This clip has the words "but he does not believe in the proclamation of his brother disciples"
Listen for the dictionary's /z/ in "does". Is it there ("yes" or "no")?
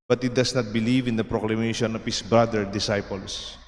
no